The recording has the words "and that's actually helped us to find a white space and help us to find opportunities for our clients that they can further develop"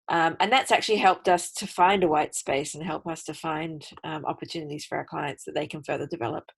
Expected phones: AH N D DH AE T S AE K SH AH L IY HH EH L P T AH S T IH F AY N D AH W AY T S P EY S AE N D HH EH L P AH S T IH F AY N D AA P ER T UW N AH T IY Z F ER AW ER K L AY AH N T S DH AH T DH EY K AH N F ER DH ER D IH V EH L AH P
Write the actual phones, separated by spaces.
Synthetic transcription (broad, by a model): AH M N DH AE T S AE K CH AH L IY HH EH L P T AH S T IH F AY N D AH W AY T S P EY S N HH EH L P AH S T IH F AY N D AA P ER T UW N AH T IY Z F ER AW ER K L AY AH N T S DH AH T DH EY K AH N F ER DH ER D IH V EH L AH P